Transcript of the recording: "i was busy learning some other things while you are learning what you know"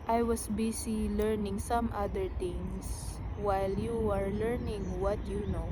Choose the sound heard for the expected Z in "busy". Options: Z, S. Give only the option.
S